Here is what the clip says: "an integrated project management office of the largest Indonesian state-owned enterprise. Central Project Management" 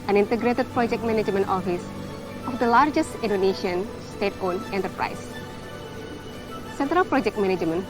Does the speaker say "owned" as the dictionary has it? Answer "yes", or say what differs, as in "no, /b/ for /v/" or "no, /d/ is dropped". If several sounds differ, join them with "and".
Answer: no, /d/ is dropped